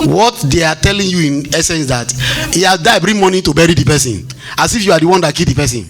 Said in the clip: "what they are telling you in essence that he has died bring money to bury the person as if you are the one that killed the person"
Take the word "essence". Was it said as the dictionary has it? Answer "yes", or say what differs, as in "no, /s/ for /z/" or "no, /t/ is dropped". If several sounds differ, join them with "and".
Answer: yes